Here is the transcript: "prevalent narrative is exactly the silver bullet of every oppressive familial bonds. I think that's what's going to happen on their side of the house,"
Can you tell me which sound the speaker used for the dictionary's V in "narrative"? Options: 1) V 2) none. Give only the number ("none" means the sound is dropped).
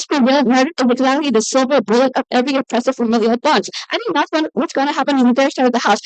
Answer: 2